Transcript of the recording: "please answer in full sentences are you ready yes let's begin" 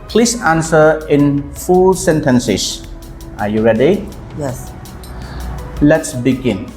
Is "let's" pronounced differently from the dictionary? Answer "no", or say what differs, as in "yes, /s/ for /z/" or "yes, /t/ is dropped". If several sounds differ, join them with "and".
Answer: no